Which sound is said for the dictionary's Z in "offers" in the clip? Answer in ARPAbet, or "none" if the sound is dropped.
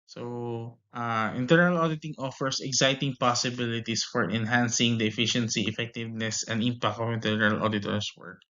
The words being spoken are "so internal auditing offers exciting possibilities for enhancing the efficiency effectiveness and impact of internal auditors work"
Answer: S